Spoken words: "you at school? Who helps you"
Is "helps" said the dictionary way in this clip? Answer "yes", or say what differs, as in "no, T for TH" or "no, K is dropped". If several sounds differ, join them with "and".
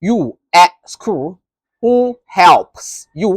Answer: yes